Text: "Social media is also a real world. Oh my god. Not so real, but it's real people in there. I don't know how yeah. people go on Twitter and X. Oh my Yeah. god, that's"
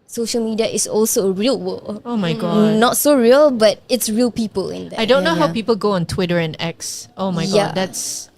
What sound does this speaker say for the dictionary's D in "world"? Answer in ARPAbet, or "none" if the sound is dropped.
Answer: none